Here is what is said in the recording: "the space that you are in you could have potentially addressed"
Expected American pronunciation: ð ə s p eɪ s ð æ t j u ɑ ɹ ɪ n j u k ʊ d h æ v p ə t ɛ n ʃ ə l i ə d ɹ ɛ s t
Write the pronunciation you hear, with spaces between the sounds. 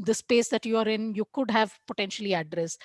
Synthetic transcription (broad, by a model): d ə s p eɪ s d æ t j u ɑ ɹ ɪ n j u k ʊ d h æ v p ə t ɛ n ʃ ə l i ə d ɹ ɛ s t